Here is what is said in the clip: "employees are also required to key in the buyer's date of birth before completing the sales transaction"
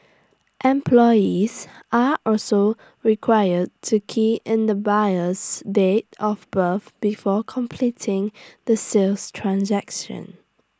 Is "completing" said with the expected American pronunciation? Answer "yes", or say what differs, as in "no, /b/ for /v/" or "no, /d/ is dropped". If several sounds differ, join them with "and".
yes